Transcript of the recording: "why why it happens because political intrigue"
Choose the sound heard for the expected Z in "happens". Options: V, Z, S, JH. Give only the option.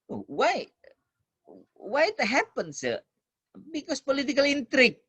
S